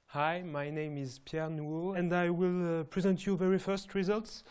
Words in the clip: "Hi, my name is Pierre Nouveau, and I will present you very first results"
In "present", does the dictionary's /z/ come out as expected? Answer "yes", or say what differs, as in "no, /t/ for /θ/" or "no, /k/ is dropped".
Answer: yes